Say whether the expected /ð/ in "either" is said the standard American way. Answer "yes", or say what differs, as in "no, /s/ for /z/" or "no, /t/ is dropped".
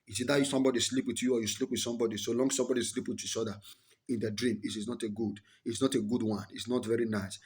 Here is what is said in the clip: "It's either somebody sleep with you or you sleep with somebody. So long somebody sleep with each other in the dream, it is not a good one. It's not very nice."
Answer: no, /ð/ is dropped